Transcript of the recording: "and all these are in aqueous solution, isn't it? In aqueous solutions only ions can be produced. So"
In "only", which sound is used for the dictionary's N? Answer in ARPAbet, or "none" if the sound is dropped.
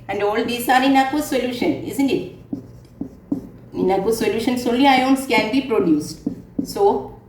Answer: none